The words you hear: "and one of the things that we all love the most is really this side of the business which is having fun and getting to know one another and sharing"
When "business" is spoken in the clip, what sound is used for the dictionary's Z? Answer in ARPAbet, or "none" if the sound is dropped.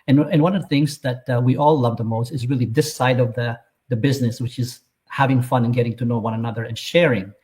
Z